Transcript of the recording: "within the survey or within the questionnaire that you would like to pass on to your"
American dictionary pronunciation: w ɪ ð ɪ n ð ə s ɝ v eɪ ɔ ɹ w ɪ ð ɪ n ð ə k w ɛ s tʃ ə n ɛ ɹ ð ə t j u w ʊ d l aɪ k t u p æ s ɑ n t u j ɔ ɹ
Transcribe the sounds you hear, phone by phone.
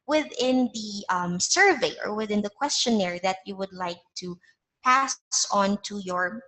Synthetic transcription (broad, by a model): w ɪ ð ɪ n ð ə s ɝ v eɪ ɔ ɹ w ɪ ð ɪ n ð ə k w ɛ s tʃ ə n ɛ ɹ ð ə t j u w ʊ d l aɪ k t u p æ s ɑ n t u j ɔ ɹ